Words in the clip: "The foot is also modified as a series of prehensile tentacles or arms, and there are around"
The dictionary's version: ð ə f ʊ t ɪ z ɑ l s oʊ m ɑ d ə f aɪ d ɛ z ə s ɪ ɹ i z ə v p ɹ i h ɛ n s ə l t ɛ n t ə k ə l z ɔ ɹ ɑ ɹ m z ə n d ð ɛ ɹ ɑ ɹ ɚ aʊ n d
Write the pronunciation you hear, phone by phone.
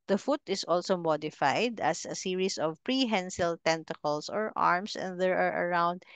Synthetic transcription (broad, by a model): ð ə f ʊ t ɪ s ɑ l s oʊ m ɑ d ə f aɪ d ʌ s ə s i ɹ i s ə v p ɹ i h ɛ n s ə l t ɛ n t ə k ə l s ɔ ɹ ɑ ɹ m s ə n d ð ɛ ɹ ɑ ɹ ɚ aʊ n d